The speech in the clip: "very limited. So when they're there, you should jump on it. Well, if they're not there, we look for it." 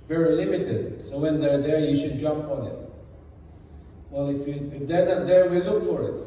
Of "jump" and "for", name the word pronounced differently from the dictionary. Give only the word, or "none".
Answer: none